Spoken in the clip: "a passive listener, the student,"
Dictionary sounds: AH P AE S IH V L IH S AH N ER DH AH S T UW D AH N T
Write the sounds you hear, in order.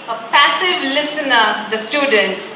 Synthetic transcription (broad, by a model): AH P AE S IH V L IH S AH N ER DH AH S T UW D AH N T